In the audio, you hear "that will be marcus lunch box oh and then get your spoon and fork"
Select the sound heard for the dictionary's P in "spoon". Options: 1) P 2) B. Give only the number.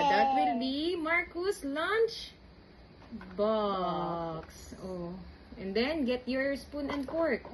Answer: 1